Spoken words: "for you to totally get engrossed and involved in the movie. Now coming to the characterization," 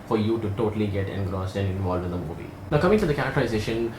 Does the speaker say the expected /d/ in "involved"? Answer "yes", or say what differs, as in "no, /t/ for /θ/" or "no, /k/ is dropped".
no, /d/ is dropped